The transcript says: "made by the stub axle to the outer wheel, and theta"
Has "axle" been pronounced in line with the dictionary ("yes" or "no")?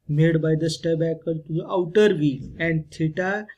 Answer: no